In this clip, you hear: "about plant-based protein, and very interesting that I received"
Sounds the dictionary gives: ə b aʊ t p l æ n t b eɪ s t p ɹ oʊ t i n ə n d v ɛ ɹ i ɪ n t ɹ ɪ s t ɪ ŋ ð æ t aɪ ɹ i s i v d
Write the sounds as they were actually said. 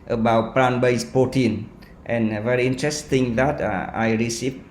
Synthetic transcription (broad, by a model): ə b aʊ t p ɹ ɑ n b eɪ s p oʊ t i n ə n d v ɛ ɹ i ɪ n t ɹ ɪ s t ɪ ŋ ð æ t aɪ ɹ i s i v